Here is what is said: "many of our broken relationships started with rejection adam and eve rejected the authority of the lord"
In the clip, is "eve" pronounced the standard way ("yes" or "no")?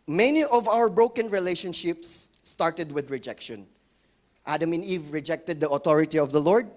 yes